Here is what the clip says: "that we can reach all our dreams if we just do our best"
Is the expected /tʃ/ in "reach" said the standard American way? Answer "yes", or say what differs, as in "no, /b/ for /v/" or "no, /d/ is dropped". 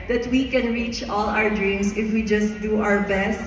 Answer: yes